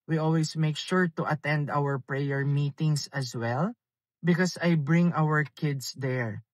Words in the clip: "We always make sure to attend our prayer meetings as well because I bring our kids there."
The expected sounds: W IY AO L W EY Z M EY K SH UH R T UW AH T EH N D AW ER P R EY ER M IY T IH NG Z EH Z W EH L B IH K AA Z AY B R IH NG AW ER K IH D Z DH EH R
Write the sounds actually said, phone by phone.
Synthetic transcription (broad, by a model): W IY AO L W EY S M EY K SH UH R T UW AH T EH N D AW ER P R EY ER M IY T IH NG S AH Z W EH L B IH K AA S AY B R IH NG AW ER K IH D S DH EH R